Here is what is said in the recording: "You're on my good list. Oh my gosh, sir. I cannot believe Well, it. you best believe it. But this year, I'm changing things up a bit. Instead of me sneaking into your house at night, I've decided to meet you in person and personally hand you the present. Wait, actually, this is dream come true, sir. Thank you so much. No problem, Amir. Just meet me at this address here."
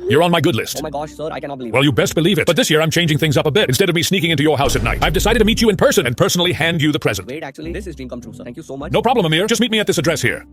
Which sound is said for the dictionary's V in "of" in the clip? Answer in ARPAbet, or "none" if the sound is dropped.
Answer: V